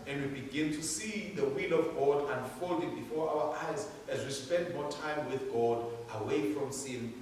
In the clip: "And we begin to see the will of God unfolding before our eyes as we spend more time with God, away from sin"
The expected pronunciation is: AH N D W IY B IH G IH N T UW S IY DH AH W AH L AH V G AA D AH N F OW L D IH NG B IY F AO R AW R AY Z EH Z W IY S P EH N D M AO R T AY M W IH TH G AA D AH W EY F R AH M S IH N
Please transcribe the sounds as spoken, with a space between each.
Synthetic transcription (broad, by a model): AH N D W IY B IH G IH N T UW S IY DH AH W AH L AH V G AA D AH N F OW L D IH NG B IY F AO R AW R AY Z EH Z W IY S P EH N D M AO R T AY M W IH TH G AA D AH W EY F R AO M S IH N